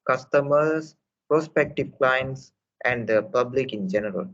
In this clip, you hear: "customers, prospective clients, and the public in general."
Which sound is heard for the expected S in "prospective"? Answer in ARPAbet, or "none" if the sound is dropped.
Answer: S